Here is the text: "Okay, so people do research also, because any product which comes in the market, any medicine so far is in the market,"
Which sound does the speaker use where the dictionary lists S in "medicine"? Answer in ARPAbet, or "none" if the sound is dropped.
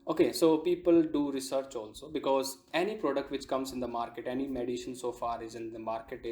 SH